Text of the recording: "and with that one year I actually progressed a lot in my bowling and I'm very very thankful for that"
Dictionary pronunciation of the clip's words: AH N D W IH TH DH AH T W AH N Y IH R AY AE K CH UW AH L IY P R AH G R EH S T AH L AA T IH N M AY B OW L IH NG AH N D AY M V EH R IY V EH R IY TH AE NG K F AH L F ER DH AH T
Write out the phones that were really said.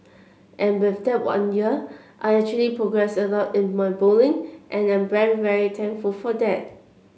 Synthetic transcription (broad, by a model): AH N W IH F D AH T W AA N Y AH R AY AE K CH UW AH L IY P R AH G R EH S AH L AA T IH N M AY B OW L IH NG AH N AY M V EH R IY V EH R IY T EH NG K F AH L F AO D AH T